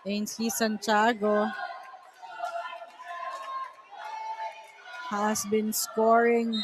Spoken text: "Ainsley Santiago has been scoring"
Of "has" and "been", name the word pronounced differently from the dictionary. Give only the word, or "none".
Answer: has